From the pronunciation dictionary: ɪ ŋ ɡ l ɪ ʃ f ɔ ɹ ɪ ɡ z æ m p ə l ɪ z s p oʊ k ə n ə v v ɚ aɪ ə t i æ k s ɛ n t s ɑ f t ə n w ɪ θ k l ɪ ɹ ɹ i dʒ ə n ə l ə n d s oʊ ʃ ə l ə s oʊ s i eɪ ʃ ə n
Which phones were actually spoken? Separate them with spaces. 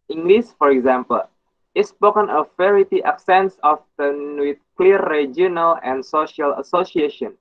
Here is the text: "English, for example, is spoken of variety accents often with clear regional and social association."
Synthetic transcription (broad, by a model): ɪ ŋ ɡ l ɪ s f ɔ ɹ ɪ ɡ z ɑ m p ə l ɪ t s p oʊ k ə n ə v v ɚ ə t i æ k s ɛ n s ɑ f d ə n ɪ k l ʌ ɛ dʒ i ə n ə l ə n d s oʊ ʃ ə l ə s oʊ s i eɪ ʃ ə n